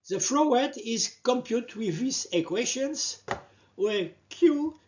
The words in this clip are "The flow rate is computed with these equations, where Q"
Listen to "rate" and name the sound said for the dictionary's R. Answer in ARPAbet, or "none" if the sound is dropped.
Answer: W